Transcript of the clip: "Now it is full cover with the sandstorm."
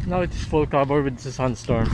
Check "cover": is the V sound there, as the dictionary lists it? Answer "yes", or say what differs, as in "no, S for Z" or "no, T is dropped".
no, B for V